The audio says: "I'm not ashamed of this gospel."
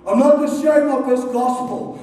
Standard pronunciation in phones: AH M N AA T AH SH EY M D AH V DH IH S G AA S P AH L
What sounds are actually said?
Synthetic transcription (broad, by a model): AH M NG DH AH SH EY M AH V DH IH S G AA S P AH L